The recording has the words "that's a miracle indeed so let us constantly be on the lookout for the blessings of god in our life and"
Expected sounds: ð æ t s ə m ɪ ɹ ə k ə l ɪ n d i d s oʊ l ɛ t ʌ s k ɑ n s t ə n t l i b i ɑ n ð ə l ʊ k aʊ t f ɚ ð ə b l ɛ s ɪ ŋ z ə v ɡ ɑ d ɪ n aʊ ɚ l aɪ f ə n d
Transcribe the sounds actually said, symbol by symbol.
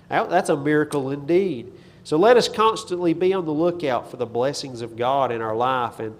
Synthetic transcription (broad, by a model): ð æ t s ə m ɪ ɹ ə k l ɪ n d i d s oʊ l ɛ t ʌ s k ɑ n s t ə n t l i b i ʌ n ð ə l ʊ k aʊ t f ɚ ð ə b l ɛ s ɪ ŋ z ə v ɡ ɑ d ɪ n aʊ ɚ l aɪ f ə n